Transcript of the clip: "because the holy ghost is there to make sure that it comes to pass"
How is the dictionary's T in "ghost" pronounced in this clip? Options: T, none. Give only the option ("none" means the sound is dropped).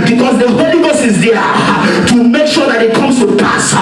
none